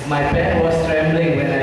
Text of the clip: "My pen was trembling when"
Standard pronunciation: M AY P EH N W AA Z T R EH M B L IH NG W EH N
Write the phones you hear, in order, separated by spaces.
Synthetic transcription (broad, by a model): M AY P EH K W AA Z T R EH M B L IH NG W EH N